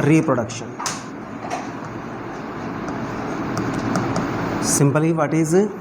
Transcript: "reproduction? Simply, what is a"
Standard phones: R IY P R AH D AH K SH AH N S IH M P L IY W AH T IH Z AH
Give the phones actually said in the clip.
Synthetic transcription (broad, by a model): R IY P R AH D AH K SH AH N S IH M B L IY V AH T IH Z